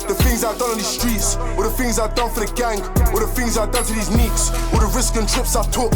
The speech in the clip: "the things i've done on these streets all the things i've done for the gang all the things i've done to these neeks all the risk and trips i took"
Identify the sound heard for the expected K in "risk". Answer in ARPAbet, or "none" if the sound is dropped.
K